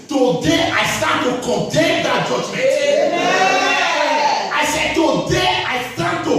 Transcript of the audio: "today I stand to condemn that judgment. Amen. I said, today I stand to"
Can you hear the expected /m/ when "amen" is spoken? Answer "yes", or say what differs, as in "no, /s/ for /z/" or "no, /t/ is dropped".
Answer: no, /m/ is dropped